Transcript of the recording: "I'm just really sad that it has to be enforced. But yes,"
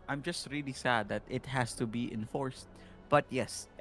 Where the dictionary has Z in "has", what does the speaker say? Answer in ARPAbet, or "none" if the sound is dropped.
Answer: S